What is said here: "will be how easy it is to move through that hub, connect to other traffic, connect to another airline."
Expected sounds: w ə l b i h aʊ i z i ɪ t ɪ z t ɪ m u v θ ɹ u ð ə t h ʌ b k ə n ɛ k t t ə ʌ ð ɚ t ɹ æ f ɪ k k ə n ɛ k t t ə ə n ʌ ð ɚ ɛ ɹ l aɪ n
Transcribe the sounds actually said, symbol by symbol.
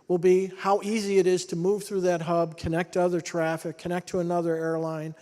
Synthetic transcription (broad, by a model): w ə l b i h aʊ i z i ɪ t ɪ z t ɪ m u v θ ɹ u ð ə t h ʌ b k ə n ɛ k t t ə ʌ ð ɚ t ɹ æ f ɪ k k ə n ɛ k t t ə ə n ʌ ð ɚ ɛ ɹ l aɪ n